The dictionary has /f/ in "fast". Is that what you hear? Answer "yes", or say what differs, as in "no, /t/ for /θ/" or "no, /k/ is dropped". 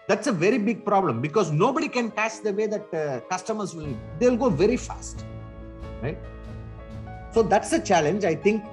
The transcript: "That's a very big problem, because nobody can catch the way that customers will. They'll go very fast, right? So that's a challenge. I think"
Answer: yes